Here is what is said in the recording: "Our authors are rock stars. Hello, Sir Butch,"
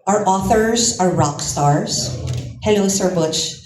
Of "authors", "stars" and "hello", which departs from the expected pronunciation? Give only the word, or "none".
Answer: hello